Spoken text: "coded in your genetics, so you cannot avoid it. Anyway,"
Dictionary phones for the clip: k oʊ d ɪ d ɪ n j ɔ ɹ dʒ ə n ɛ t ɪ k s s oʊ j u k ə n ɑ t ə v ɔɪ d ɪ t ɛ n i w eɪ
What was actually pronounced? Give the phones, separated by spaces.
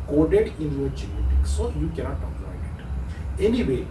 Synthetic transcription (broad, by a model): k oʊ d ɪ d ɪ n j ɔ ɹ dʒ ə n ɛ t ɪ k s s oʊ j u k ə n ɑ t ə p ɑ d ɪ t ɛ n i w eɪ